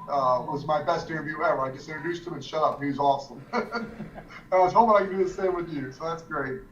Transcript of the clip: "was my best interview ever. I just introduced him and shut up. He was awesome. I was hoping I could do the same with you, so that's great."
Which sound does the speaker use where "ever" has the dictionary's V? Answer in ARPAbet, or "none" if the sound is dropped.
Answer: W